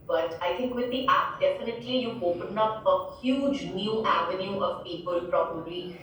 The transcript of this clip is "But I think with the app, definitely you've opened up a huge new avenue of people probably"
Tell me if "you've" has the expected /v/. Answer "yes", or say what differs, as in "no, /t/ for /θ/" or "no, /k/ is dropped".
no, /v/ is dropped